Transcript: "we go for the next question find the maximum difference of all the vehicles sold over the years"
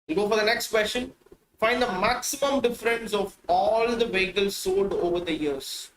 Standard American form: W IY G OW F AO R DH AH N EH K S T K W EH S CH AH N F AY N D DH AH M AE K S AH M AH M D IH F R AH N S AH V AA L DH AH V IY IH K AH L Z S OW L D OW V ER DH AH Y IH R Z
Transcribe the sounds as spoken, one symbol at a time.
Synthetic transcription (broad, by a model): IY G OW F AO R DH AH N EH K S T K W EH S SH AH N F AY N D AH M AE K S AH M AH M D IH F R AH N S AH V AA L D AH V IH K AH L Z S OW D OW V ER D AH Y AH R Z